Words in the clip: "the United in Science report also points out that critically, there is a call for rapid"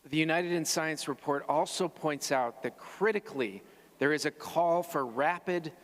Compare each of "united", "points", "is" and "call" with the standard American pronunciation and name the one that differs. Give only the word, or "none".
none